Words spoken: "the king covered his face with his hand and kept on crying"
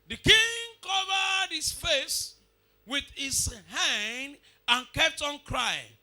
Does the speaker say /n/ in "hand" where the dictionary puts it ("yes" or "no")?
yes